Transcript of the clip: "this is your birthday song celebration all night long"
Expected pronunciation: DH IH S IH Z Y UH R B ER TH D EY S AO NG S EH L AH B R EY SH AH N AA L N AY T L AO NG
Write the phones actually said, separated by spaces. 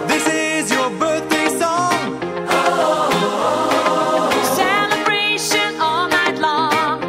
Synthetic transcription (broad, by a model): DH IH S IH Z Y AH R B ER TH D EY S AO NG S EH L AH B R EY SH AH N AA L N AY T L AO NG